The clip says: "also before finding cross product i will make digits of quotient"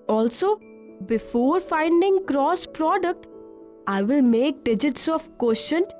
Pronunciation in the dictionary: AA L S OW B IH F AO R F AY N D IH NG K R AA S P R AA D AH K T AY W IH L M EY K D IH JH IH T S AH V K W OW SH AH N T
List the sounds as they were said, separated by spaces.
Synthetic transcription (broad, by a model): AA L S OW B IH F AO R F AY N D IH NG K R AA S P R AA D AH K T AY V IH L M EY K D IH JH IH T S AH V K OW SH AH N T